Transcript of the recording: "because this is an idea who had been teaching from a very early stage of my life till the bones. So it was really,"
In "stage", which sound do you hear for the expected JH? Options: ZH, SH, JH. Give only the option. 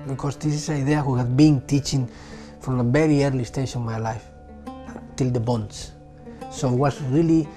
SH